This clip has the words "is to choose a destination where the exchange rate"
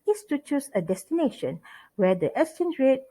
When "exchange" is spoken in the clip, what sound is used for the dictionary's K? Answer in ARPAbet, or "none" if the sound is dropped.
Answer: none